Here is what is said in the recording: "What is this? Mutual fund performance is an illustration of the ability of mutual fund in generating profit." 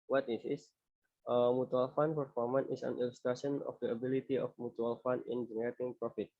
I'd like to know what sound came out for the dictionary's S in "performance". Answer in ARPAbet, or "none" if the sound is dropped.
none